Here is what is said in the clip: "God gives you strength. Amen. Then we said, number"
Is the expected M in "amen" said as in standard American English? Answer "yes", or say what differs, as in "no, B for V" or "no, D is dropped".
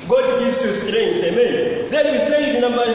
yes